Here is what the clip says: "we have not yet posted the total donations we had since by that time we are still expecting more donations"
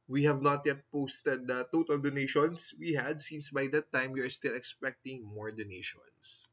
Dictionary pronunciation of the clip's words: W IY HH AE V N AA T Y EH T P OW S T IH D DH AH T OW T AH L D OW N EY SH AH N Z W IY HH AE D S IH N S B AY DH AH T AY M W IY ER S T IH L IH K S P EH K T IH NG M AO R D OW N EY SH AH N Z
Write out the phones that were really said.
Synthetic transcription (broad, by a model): W IY HH AE V N AA T Y EH T P OW S T IH D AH T OW T AH L D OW N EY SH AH N S W IY HH AE D S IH N S B AY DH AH T AY M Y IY ER S T IH L IH K S P EH K T IH NG M AO R D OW N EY SH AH N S